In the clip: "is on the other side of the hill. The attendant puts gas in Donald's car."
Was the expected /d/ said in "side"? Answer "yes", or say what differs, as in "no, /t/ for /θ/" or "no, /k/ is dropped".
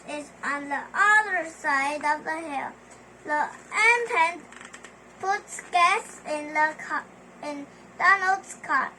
yes